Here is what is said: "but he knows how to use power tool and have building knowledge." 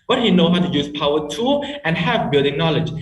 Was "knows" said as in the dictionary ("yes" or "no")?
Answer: no